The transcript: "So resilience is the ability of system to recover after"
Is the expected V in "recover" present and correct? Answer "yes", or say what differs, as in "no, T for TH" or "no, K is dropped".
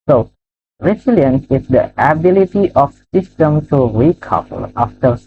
no, P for V